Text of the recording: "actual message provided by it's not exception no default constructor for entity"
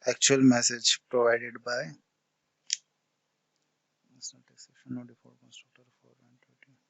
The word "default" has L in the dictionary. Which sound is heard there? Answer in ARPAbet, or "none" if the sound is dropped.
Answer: none